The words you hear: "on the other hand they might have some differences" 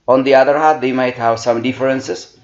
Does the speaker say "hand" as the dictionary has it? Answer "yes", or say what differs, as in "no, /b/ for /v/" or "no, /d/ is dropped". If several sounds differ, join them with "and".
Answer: no, /n/ is dropped